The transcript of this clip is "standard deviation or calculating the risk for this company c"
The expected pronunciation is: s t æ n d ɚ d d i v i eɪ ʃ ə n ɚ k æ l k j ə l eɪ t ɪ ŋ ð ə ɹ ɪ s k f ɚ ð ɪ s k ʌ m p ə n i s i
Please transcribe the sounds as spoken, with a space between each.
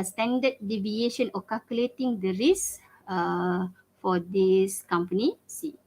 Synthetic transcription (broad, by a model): s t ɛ n d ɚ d d i v i eɪ ʃ ə n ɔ k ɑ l k j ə l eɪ t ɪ ŋ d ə ɹ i s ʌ f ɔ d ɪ s k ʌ m p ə n i s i